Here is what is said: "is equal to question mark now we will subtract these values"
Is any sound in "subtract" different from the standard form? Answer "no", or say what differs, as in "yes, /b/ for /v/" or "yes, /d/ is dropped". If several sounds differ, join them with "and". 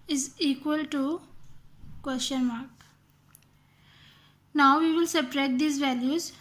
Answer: yes, /k/ is dropped